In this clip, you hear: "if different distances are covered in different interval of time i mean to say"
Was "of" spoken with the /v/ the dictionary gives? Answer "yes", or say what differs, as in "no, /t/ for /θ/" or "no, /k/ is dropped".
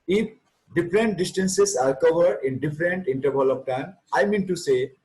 no, /p/ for /v/